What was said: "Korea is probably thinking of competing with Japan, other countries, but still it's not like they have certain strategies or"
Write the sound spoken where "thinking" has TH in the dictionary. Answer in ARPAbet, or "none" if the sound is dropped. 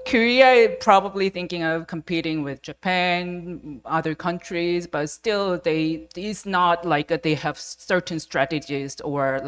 TH